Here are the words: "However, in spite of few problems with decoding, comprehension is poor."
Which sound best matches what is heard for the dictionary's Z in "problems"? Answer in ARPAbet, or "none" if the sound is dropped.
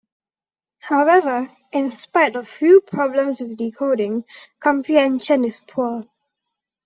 S